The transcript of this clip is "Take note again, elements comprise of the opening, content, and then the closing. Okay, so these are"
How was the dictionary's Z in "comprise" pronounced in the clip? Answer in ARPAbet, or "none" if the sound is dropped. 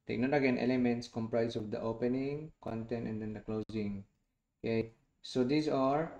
S